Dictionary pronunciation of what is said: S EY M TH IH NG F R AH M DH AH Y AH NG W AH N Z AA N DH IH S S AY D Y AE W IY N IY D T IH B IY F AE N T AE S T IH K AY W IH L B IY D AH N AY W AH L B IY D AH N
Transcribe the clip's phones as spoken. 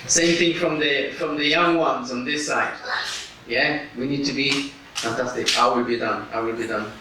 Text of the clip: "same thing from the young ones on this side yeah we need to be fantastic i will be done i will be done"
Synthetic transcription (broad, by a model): S EY M TH IH NG F R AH M DH AH Y AH NG W AH N Z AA N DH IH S S AY D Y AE W IY N IY D T IH B IY F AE N T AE S T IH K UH W IH L B IY D AH N AY W AH L B IY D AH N